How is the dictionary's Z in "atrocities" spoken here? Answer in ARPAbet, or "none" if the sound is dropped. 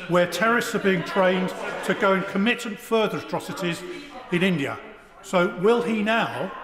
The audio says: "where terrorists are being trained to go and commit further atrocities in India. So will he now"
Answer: Z